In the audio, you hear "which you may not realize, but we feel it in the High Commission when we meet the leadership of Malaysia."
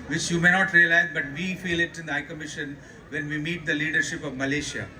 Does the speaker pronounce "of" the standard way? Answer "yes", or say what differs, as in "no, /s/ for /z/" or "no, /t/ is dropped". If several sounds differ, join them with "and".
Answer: yes